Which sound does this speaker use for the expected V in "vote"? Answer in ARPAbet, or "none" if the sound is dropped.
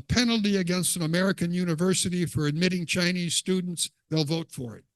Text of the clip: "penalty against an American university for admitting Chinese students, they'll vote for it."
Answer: V